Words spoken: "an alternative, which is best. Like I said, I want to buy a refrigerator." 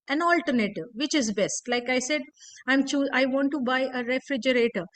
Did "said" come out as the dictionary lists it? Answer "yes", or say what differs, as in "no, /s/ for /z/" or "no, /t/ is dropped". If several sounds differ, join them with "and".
yes